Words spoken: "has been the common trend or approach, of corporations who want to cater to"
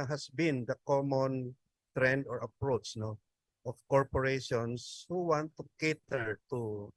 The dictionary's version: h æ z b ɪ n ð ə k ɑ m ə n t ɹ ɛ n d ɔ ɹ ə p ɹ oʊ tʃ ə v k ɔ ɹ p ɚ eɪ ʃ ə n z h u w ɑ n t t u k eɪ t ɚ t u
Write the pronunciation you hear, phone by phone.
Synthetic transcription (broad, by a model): h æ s b ɪ n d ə k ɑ m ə n t ɹ ɛ n d ɔ ɹ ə p ɹ oʊ tʃ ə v k ɔ ɹ p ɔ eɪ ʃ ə n s h u w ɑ n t t u k eɪ t ɚ t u